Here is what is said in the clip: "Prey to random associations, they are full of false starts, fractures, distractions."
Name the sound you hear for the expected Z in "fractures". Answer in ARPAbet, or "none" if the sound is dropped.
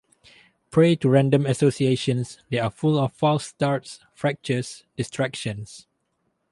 S